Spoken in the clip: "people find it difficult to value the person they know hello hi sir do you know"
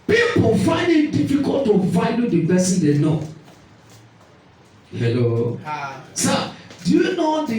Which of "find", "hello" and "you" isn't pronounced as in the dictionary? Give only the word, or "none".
none